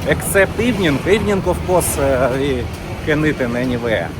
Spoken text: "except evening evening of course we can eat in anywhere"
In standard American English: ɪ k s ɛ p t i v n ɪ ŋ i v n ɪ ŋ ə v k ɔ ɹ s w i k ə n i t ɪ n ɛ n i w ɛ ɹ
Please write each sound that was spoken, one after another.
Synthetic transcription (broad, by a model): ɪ k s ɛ p t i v n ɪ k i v n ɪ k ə f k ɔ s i k ə n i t ɪ n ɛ n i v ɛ